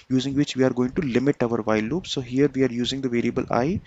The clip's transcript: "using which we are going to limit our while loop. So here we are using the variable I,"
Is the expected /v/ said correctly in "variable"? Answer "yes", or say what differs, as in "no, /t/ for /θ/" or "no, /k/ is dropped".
yes